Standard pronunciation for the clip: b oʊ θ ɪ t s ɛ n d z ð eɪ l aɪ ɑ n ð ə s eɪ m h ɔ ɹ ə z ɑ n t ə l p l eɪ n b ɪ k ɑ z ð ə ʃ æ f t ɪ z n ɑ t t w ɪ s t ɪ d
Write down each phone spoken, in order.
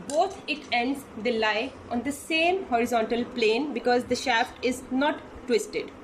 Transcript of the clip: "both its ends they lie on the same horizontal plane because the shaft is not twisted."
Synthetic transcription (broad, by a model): b oʊ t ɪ t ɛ n d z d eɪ l aɪ ɑ n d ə s eɪ m h ɔ ɹ ə z ɑ n t ə l p l eɪ n b ɪ k ɑ z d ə ʃ æ f t ɪ z n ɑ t t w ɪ s t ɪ d